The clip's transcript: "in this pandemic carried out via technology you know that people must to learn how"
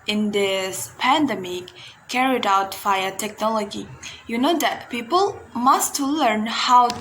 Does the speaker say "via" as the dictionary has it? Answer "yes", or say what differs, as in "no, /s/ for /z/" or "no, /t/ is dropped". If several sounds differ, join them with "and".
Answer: no, /f/ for /v/